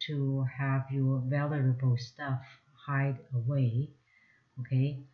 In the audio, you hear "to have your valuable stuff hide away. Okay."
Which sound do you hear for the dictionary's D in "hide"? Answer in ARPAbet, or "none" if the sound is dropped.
D